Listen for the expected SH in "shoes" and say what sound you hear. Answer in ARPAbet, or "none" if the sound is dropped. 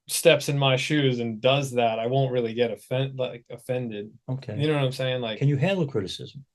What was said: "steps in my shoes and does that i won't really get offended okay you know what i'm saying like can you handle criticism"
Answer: SH